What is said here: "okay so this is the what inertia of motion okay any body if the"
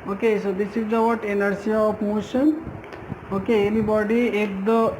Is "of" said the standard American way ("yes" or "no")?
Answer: no